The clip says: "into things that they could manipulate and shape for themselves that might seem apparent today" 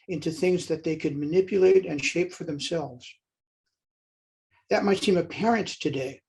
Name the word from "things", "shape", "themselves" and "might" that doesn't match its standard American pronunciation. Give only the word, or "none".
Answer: none